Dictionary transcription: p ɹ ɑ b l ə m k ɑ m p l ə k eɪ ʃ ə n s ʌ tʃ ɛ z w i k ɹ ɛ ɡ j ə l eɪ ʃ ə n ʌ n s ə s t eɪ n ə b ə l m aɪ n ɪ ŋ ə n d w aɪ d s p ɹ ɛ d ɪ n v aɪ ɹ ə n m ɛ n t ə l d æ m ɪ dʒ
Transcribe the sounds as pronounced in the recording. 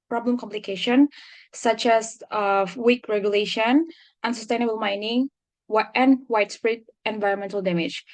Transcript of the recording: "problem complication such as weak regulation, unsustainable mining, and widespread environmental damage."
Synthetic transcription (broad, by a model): p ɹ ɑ b l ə m k ɑ m p l ə k eɪ ʃ ə n s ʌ tʃ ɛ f w i k ɹ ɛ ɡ j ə l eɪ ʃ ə n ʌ n s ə s t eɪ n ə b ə l m aɪ n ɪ ŋ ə n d w aɪ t s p ɹ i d ɪ n v aɪ ɹ ə n m ɛ n t ə l d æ m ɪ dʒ